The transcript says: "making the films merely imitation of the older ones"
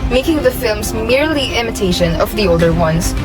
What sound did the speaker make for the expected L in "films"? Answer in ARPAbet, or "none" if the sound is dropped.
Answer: L